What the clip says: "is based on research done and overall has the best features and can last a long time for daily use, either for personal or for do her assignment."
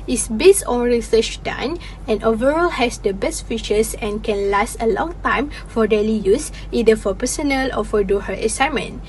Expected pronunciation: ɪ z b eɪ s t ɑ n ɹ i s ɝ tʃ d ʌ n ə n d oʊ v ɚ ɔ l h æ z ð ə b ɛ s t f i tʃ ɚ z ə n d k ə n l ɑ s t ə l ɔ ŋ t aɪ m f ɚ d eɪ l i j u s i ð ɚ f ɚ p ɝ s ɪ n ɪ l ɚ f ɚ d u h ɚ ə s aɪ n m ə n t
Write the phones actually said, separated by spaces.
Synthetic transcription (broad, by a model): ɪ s b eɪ s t ɑ n ɹ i s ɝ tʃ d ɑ n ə n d oʊ v ɚ ɔ l h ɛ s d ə b ɛ s t f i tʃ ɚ s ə n k ə n l ɑ s t ə l ɔ ŋ t aɪ m f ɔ d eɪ l i j u s i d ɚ f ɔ p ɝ s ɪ n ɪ l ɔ f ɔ d u h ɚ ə s aɪ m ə n